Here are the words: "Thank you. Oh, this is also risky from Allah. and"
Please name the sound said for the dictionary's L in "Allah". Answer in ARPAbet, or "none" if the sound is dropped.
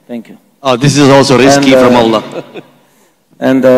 L